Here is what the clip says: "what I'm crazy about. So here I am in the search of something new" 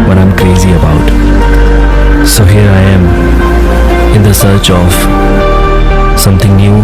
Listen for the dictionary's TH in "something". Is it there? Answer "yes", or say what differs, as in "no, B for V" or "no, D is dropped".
no, T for TH